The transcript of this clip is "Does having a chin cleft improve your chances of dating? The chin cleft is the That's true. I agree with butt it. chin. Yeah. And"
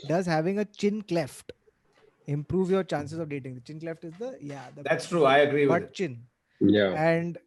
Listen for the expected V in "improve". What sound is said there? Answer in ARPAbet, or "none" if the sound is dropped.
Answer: V